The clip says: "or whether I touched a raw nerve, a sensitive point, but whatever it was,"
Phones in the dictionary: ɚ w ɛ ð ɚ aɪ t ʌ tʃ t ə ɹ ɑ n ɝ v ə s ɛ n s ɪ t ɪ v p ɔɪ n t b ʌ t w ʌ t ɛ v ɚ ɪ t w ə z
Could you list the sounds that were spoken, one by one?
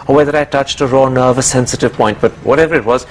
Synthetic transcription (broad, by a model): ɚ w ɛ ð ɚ aɪ t ʌ tʃ t ə ɹ ɑ n ɝ v ə s ɛ n s ɪ t ɪ v p ɔɪ n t b ʌ t w ʌ t ɛ v ɚ ɪ t w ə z